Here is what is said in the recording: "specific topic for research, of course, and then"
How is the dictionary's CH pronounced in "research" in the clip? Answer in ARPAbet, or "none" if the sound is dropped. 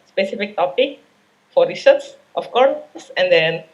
S